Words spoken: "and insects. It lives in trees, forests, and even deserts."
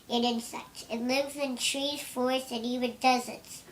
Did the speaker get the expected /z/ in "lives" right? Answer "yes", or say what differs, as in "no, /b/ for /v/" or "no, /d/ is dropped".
yes